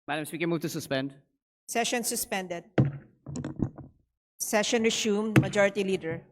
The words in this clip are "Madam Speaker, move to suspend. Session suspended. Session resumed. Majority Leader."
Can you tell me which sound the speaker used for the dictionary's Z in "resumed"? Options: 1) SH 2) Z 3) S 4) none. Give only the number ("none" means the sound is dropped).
3